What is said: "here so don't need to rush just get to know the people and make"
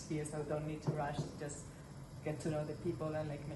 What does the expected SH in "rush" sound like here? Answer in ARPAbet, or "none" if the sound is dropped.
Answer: SH